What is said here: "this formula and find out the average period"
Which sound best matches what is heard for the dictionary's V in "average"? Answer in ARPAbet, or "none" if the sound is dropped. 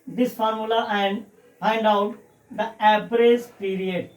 P